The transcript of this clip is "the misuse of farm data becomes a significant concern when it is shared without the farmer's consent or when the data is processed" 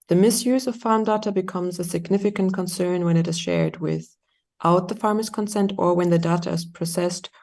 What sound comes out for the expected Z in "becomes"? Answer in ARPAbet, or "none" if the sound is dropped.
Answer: Z